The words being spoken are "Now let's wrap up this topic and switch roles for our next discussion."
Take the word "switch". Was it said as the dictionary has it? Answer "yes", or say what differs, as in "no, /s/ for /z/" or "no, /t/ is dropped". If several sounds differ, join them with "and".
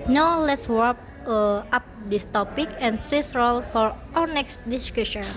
no, /s/ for /tʃ/